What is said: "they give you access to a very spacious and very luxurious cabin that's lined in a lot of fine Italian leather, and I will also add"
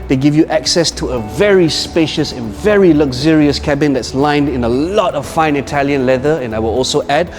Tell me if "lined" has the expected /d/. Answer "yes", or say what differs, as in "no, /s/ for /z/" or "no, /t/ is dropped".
yes